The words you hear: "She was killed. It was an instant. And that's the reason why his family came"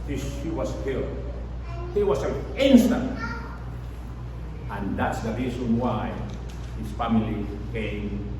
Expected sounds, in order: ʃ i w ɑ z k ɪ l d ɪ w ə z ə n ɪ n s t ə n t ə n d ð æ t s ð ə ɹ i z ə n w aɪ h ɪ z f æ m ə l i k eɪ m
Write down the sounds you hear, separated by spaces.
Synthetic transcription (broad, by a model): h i w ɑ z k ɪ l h ɪ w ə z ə l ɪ n s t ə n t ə n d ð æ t s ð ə ɹ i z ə n w aɪ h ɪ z f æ m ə l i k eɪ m